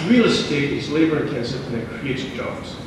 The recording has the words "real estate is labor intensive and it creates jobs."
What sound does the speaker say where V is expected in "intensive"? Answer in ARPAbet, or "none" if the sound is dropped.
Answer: none